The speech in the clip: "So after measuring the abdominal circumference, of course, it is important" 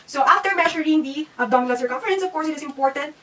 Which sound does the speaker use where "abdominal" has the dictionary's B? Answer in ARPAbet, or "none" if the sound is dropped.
none